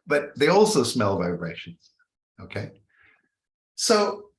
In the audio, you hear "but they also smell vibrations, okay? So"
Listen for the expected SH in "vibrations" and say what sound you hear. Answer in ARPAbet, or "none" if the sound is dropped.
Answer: SH